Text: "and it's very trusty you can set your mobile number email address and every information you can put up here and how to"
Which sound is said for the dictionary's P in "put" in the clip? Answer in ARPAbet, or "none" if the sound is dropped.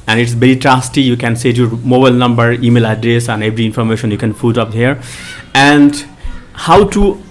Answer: F